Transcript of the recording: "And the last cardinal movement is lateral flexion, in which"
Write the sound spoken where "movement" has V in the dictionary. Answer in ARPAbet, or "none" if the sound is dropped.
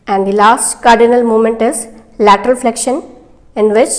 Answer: none